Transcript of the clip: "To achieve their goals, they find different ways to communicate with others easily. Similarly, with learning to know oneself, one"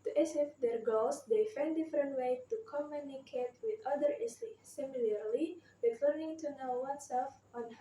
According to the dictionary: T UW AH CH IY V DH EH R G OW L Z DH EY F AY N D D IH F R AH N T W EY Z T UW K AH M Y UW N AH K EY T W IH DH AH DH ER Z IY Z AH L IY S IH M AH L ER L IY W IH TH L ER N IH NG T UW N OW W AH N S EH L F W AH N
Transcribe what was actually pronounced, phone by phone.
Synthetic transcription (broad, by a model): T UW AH S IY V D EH R G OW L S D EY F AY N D D IH F R AH N T W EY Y T UW K AH M Y UW N AH K EY T W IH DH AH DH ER IY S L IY S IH M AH L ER L IY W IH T L ER N IH NG T UW N OW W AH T S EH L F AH N